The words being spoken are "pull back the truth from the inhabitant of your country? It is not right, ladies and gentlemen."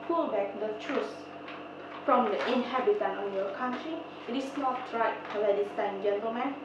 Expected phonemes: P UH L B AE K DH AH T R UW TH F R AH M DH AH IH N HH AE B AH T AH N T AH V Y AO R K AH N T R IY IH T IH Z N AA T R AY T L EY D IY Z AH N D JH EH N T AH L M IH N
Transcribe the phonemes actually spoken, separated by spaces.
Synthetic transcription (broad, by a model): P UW L B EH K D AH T R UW S F R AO M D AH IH N HH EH B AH T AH N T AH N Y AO K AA N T R IY IH T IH S N AA T R AY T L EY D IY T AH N JH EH N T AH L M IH N